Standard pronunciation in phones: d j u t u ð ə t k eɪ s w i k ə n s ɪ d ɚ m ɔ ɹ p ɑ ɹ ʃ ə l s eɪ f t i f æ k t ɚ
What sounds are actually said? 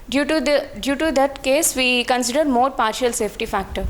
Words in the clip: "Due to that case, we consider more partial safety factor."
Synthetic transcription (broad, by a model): d j u t u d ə t k eɪ s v i k ə n s ɪ d ɚ m ɔ ɹ p ɑ ɹ ʃ ə l s eɪ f t i f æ k t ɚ